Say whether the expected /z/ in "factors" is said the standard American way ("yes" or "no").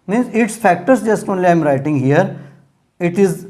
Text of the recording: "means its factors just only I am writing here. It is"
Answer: no